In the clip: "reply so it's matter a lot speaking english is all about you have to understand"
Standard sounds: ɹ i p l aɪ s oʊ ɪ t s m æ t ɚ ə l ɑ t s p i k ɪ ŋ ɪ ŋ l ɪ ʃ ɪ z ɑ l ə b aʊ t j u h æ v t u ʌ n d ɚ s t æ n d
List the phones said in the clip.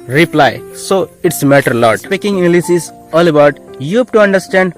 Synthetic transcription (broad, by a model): ɹ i p l aɪ s oʊ ɪ t s m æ t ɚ l ɑ t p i k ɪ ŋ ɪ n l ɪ s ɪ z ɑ l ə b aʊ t j u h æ b t u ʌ n d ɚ s t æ n d